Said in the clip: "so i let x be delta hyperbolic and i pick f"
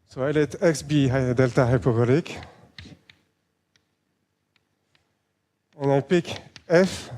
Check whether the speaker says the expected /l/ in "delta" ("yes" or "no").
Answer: yes